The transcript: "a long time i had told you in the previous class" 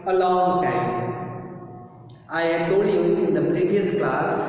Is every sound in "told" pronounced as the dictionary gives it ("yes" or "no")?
no